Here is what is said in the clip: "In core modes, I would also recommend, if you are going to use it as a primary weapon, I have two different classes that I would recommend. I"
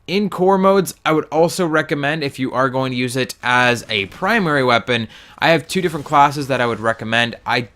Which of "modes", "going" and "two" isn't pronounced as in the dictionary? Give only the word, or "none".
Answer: none